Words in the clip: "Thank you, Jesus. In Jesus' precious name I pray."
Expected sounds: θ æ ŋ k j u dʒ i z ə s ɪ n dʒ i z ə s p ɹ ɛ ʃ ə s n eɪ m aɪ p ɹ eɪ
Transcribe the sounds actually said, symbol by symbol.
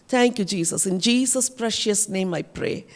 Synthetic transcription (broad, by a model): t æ ŋ k j u dʒ i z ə s ɪ n dʒ i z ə s p ɹ ɛ ʃ ə s n eɪ m aɪ p ɹ eɪ